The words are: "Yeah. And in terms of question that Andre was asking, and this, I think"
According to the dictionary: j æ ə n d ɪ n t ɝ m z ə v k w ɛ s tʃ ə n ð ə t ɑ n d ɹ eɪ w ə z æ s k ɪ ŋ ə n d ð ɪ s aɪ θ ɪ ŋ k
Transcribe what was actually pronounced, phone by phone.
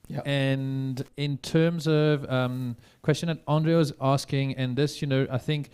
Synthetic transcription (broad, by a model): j ə n d ɪ n t ɝ m z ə v k w ɛ s tʃ ə n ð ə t ɑ n d ɹ eɪ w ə z æ s k ɪ ŋ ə n ð ɪ s aɪ θ ɪ ŋ k